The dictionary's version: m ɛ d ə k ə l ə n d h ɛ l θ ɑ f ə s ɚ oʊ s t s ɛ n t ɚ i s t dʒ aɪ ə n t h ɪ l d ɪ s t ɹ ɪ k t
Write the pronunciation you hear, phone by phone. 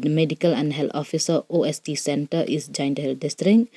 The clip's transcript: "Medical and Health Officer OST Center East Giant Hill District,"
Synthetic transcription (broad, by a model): m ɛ d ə k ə l ə n d h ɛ l t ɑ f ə s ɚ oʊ s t s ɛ n t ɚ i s dʒ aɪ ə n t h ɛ l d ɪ s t ɹ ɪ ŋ